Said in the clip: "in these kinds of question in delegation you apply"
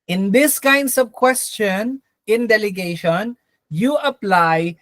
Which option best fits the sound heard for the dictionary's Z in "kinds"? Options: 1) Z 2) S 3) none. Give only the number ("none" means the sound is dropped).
2